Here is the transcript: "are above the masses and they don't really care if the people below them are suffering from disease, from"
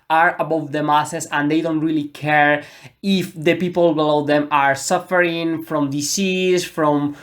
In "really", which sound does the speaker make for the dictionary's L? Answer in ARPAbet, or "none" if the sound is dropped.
L